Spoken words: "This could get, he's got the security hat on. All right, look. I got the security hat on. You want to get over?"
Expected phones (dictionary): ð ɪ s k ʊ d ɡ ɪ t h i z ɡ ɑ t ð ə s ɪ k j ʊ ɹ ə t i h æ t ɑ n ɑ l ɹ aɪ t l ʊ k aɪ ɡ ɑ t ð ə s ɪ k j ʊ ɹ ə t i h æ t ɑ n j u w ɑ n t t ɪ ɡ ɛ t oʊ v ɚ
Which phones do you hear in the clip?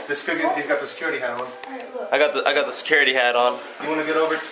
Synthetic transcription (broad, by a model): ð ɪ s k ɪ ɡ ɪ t h i z ɡ ɑ t ð ə s ɪ k j ʊ ɹ ə t i h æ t ɑ n ɑ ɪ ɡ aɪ t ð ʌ aɪ ɡ ɑ t ð ə s ɪ k j ʊ ɹ ə t i h æ t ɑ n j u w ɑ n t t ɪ ɡ ɛ t oʊ v ɚ